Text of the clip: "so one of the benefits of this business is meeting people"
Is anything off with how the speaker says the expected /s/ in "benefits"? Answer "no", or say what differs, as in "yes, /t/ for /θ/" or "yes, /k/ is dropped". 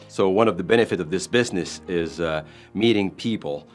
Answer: yes, /s/ is dropped